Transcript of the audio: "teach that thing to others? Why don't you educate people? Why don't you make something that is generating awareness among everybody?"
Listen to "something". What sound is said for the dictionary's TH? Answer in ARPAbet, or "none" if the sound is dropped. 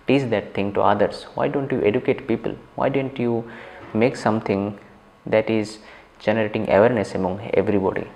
T